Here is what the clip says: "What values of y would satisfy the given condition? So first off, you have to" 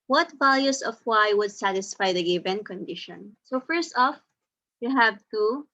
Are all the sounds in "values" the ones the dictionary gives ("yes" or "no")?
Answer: no